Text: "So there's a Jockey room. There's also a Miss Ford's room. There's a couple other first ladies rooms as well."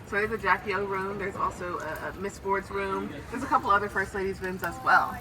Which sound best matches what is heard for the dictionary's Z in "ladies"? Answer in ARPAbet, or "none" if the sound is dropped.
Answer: Z